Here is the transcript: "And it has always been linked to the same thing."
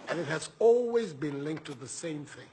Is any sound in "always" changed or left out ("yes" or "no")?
no